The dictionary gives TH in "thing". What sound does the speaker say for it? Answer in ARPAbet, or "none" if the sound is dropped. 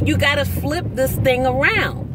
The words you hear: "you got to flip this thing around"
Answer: TH